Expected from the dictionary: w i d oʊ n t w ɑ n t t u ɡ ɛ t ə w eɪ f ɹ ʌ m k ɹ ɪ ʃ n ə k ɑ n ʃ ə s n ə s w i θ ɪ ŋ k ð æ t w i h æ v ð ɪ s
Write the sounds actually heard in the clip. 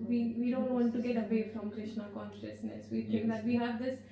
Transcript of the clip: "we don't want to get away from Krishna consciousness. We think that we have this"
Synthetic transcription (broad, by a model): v i d oʊ n t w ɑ n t t u ɡ ɛ t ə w eɪ f ɹ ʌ m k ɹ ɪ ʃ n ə k ɑ n ʃ ə s n ə s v i t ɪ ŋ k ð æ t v i h æ v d ɪ s